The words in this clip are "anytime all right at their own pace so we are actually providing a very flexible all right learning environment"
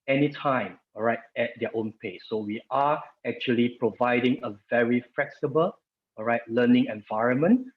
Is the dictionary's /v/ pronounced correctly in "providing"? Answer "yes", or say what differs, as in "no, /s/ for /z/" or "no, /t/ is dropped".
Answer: yes